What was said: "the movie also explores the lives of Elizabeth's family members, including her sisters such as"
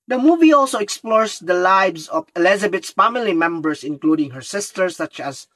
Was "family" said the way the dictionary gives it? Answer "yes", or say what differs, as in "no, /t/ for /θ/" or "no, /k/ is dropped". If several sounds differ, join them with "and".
yes